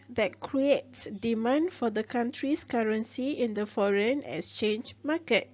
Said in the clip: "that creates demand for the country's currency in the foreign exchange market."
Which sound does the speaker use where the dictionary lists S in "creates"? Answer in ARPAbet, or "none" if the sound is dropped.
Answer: S